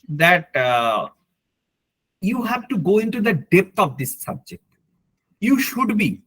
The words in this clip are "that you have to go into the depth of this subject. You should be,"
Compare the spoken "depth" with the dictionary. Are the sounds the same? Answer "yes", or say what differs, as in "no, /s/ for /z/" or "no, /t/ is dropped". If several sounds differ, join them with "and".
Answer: no, /t/ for /θ/